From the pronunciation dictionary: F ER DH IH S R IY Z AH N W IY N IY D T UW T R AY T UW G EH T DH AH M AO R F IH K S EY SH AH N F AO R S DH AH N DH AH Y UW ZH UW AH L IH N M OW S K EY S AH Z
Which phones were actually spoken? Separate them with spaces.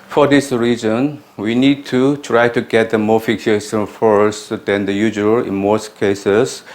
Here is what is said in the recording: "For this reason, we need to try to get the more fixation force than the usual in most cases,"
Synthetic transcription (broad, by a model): F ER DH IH S R IY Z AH N W IY N IY D T UW T R AY T UW G EH T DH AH M AO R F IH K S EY S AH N F AO R S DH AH N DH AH Y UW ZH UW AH L IH N M OW S K EY S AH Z